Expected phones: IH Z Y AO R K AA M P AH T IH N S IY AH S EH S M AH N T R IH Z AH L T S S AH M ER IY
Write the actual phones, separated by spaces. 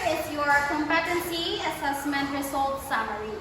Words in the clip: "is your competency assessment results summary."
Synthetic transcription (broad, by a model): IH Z Y AO R K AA M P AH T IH N S IY AH S EH S M AH N T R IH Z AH L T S S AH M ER IY